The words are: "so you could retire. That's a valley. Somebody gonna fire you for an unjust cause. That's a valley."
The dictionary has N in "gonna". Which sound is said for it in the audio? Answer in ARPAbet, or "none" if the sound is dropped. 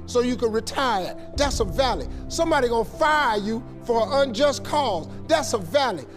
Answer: none